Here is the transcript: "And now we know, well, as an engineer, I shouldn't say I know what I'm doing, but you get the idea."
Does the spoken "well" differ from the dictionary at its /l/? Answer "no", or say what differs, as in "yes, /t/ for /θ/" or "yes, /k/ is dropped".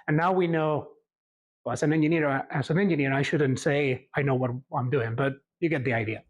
yes, /n/ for /l/